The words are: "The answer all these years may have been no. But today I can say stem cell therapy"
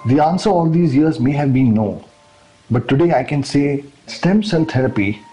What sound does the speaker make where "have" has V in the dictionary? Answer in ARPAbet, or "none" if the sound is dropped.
V